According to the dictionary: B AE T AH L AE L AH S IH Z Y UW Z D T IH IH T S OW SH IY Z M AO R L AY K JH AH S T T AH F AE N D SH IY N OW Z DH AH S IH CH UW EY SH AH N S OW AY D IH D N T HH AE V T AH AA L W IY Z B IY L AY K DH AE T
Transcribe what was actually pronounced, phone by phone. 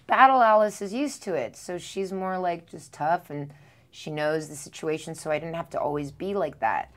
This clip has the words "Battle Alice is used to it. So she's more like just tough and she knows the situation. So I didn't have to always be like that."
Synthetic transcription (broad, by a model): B AE T L AE L AH S IH Z Y UW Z T IH IH T S OW SH IY Z M AO R L AY K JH AH S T T AH F N SH IY N OW Z DH AH S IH CH UW EY SH N S OW AY D IH D N T HH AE F T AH AA L W IY Z B IY L AY K DH AE T